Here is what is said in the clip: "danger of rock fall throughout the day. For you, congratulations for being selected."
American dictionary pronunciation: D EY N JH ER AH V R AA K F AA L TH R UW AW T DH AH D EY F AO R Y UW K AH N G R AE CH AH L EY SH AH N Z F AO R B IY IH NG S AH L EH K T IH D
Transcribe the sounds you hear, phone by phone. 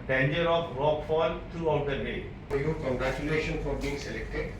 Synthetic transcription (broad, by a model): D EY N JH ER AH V R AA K F AA L T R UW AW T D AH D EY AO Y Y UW K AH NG G R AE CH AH L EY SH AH N F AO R B IY IH NG S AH L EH K T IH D